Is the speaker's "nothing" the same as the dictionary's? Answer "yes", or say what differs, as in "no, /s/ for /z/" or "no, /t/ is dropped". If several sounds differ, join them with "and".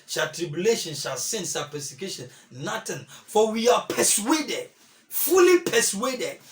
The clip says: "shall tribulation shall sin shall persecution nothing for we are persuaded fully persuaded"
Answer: no, /t/ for /θ/